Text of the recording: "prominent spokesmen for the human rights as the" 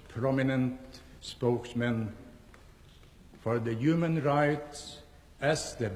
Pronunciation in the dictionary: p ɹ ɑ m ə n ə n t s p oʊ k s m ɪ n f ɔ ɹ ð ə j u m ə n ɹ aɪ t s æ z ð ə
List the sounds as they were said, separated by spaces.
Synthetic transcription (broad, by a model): p ɹ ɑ m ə n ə n t s p oʊ k s m ɪ n f ɔ ɹ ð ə j u m ə n ɹ aɪ t s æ s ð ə